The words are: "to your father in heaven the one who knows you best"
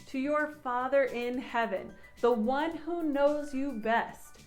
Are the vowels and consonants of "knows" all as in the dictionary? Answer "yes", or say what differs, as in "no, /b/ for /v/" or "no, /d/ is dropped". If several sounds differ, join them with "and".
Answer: yes